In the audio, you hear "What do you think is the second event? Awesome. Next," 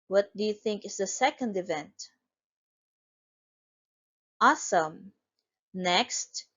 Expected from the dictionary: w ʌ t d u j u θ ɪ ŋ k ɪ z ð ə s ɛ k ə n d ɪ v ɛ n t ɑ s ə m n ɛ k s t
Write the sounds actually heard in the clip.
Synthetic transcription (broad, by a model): w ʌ t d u j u θ ɪ ŋ k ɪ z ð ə s ɛ k ə n d ɪ v ɛ n t ɑ s ə m n ɛ k s t